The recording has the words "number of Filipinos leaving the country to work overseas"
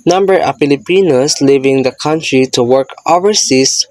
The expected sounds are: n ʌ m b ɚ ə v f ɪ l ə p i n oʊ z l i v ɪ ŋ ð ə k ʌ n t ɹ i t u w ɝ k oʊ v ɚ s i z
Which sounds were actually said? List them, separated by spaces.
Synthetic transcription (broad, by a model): n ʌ m b ɚ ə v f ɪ l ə p i n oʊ s l i v ɪ ŋ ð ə k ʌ n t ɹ i t u w ɝ k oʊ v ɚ s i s